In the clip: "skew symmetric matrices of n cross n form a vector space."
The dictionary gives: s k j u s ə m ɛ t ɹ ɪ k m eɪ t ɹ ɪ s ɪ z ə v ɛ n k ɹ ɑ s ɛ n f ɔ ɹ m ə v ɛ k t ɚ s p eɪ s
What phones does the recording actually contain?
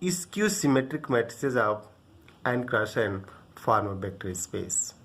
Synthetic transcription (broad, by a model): s k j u s ə m ɛ t ɹ ɪ k m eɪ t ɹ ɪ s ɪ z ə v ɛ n k ɹ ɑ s ɛ n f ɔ ɹ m ə b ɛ k t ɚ s p eɪ s